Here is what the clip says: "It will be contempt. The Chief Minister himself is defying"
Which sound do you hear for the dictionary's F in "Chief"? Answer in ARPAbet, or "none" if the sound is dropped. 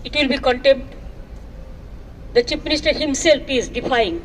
P